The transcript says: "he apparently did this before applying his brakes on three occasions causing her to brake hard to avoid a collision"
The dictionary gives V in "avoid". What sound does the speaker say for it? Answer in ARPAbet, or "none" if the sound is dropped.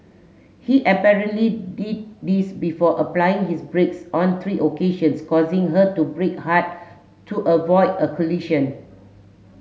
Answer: V